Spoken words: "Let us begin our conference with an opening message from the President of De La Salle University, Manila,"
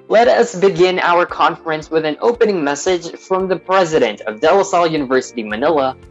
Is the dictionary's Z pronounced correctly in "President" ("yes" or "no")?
yes